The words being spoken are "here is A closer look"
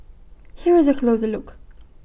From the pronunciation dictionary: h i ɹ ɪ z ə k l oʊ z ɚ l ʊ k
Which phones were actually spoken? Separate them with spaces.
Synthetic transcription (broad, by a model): h i ɹ ɪ z ə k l oʊ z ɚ l ʊ k